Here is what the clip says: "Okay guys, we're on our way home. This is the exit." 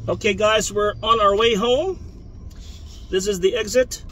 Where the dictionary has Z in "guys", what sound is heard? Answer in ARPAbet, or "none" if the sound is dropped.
Z